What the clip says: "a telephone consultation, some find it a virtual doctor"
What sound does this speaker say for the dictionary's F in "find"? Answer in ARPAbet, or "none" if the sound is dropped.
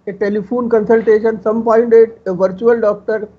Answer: P